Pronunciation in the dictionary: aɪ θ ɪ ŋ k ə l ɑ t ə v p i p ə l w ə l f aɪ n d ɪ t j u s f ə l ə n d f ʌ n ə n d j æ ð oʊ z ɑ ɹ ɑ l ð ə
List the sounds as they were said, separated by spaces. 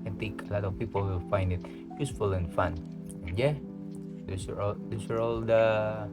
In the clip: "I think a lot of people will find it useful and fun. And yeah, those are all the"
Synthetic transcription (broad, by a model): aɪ t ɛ k ə l ɑ t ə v p i p ə l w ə f aɪ n d ɪ t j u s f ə l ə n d f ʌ n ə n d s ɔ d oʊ s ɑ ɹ ɑ l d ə